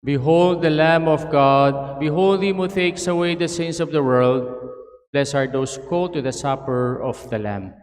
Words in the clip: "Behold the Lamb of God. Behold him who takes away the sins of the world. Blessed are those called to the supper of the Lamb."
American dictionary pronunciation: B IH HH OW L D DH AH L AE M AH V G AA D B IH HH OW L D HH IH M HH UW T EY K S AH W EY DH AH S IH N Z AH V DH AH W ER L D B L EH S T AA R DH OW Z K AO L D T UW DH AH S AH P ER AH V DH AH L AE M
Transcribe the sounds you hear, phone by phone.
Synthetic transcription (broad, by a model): B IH HH OW L D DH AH L AE M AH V G AA D B IH HH OW L D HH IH M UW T EY K S AH W EY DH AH S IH N S AH V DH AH W ER L D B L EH S AA R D OW S K AO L T UW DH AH S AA P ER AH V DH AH L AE M